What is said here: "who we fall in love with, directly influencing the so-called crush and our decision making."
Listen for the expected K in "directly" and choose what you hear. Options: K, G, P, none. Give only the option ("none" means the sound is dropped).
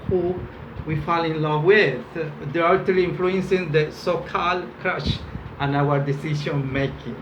none